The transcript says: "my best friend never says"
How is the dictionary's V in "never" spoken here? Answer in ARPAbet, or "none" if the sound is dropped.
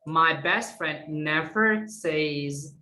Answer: V